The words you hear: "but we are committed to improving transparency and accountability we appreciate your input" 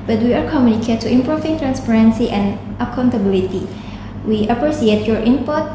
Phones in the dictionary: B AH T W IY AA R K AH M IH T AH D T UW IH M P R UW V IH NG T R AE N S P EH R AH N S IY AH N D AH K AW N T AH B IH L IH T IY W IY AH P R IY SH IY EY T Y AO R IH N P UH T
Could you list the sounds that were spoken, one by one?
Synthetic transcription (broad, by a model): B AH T W IY AA R K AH M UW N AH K T UW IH M P R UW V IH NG T R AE N S P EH R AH N S IY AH N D AH K AW N T AH B IH L IH T IY W IY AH P R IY S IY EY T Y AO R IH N P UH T